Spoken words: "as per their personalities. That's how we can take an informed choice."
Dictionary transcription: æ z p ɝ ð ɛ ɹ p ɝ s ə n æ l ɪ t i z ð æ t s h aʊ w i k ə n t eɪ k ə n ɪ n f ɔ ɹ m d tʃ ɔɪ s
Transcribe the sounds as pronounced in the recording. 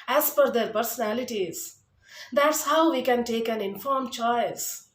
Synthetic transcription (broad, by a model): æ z f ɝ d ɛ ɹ p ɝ s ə n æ l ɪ t i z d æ t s h aʊ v i k ə n t eɪ k ə n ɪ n f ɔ ɹ m tʃ ɔɪ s